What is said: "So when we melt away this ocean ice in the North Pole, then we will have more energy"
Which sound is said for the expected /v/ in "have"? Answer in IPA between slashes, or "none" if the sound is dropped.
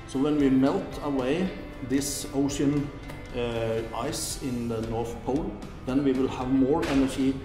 /v/